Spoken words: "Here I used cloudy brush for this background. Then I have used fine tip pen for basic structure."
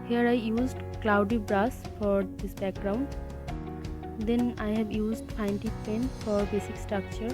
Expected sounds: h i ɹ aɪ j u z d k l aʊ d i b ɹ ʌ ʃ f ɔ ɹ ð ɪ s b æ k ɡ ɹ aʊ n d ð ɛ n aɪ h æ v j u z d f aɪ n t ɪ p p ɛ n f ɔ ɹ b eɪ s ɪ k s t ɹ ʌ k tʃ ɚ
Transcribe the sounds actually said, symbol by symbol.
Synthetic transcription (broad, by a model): h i ɹ aɪ j u z d k l aʊ d i b ɹ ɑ s f ɔ ɹ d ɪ s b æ k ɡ ɹ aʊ n d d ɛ n aɪ h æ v j u z d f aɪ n t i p p ɛ n f ɔ ɹ b eɪ s ɪ k s t ɹ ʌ k tʃ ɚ